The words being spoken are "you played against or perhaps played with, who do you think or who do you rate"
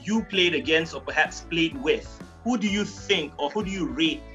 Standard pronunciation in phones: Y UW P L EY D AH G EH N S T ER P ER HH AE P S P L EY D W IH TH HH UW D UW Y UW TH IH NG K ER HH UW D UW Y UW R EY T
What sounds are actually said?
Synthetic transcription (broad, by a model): Y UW P L EY D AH G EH N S AO P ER HH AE P S P L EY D W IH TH HH UW D UW Y UW TH IH NG K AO HH UW D UW Y UW R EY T